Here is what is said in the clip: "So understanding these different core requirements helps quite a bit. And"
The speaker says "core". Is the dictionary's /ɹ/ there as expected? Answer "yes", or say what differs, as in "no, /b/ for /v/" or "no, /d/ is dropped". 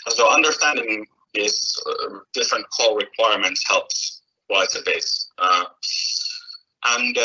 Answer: no, /l/ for /ɹ/